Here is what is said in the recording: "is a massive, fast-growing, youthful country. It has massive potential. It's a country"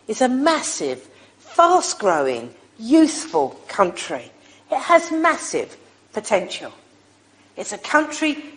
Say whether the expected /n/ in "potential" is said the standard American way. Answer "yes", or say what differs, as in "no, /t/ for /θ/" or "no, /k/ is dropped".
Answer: yes